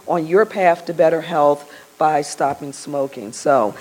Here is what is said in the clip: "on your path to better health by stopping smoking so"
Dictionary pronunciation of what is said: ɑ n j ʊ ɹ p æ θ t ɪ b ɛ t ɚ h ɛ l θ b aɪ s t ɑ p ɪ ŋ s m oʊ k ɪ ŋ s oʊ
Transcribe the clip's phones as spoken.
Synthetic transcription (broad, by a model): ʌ n j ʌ ɹ p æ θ t ɪ b ɛ t ɚ h ɛ l θ b aɪ s t ɑ p ɪ ŋ s m oʊ k ɪ ŋ s oʊ